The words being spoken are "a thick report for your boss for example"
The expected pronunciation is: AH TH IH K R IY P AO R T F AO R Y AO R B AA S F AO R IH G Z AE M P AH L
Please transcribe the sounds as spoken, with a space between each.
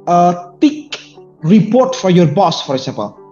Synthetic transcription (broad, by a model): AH T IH K R IY P AO R T F AO R Y AO R B AA S F AO R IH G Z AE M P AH L